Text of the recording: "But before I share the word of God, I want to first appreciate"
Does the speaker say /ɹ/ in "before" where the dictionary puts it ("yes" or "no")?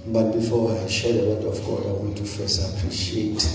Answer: no